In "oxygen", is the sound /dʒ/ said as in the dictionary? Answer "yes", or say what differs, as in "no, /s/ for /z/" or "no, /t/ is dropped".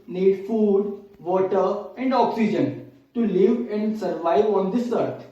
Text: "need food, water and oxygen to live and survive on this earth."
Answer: yes